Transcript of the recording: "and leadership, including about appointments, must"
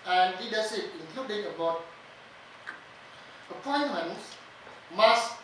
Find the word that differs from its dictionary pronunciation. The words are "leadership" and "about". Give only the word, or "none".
leadership